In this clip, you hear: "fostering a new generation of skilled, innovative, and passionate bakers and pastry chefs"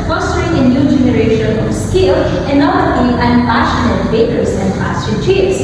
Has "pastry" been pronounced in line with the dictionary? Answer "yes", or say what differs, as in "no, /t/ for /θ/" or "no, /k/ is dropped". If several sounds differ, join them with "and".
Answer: no, /ɹ/ is dropped